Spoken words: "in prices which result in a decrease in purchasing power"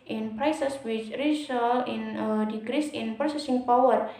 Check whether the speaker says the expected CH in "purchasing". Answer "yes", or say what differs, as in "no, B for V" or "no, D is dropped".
no, S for CH